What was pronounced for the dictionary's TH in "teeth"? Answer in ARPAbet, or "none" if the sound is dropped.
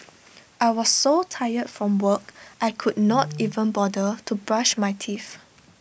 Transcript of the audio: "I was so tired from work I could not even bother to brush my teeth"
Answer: F